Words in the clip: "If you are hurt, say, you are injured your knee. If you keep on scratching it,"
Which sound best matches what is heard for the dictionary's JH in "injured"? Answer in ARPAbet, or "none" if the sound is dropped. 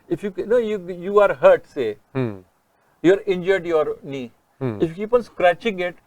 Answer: JH